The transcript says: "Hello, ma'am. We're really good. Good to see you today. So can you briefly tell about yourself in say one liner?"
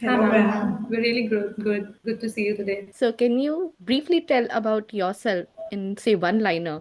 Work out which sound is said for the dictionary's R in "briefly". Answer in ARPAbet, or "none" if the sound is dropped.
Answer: R